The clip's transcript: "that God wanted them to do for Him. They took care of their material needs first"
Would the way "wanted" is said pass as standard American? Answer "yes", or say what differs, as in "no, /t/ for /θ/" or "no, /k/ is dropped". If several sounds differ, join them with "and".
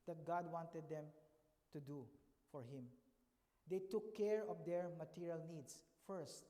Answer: yes